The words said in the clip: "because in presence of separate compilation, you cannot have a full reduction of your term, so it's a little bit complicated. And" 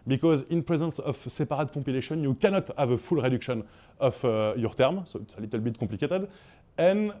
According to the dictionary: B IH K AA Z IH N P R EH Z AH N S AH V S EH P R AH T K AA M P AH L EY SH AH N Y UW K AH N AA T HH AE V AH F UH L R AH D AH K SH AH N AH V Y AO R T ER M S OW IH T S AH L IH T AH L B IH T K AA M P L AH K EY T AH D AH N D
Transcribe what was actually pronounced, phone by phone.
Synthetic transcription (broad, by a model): B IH K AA Z IH N P R EH Z AH N S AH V S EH P R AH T K AA P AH L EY SH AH N Y UW K AH N AA T HH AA V AH F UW L R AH D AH K SH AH N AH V Y AO R T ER M S OW IH T S AH L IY T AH L B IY T K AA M P L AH K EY T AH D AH N